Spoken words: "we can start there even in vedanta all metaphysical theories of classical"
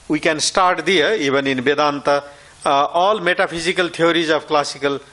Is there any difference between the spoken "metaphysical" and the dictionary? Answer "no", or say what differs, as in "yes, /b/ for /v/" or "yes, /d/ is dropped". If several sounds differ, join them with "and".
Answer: yes, /p/ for /f/